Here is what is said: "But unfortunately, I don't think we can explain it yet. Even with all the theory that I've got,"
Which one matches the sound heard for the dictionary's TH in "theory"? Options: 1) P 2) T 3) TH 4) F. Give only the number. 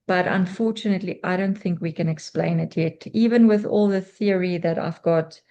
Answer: 3